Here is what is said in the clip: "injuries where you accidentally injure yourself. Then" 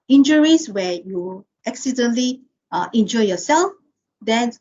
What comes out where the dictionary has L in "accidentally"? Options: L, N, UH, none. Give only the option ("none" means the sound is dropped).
none